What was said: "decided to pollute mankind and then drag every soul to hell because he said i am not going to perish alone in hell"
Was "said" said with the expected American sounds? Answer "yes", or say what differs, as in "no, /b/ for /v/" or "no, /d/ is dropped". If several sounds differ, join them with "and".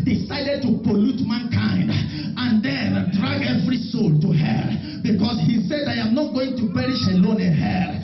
yes